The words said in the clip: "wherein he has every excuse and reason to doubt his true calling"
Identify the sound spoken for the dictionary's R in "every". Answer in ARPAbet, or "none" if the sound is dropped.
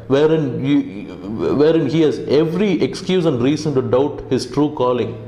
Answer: R